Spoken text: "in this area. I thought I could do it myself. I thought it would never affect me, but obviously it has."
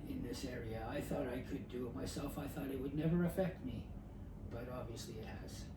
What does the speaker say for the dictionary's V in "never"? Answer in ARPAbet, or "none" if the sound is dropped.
V